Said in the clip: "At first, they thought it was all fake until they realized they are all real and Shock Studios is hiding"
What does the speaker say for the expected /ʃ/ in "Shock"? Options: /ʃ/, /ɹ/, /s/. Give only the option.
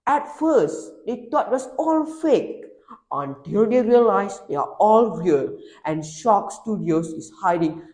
/ʃ/